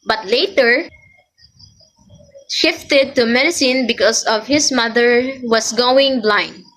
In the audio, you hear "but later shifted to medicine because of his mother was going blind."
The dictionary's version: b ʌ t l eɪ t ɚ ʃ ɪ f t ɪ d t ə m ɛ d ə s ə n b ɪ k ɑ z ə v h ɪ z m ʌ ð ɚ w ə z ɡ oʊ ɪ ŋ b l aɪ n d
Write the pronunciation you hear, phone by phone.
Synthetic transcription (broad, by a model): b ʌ t l eɪ t ɚ ʃ ɪ f t ɪ d t ə m ɛ d ə s ə n b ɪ k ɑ s ə v h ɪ s m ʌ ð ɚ w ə s ɡ oʊ ɪ ŋ b l aɪ n d